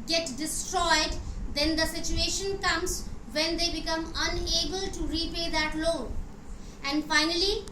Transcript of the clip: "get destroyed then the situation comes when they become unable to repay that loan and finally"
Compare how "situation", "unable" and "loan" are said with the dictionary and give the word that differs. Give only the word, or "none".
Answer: loan